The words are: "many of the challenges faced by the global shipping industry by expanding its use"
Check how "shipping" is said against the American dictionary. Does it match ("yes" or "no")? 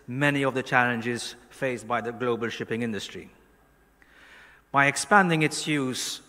yes